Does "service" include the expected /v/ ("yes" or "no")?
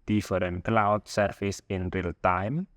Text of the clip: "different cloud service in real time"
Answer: no